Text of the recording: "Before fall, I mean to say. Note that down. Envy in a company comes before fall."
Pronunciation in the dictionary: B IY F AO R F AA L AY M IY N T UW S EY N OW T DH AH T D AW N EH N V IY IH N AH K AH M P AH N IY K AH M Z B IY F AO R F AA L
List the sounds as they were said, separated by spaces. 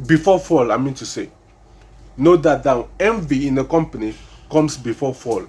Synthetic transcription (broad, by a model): B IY F AO F AA L AY M IY N T UW S EY N OW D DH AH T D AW EH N V IY IH N AH K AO M P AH N IY K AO M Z B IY F AO F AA L